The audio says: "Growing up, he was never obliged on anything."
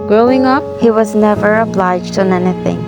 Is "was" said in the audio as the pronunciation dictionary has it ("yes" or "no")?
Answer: yes